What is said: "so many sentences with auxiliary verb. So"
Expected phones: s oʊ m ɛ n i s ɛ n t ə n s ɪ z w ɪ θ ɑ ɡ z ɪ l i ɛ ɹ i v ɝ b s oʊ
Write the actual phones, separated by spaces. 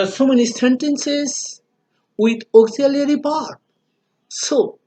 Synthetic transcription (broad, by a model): s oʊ m ɛ n i s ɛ n t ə n s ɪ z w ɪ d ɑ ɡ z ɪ l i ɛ ɹ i p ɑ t s oʊ